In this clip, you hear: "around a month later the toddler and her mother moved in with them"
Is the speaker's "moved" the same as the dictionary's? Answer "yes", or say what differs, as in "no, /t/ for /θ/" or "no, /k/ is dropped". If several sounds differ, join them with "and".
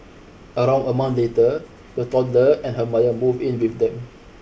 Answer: no, /d/ is dropped